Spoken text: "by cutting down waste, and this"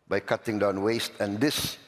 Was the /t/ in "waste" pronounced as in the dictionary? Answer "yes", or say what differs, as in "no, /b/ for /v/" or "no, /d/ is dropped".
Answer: yes